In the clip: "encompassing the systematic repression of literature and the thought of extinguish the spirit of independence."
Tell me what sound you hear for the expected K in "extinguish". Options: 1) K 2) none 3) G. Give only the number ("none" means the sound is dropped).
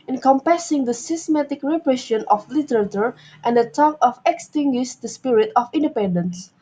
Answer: 1